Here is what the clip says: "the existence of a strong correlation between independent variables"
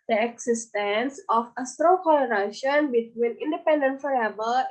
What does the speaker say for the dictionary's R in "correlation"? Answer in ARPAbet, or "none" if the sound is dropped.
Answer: L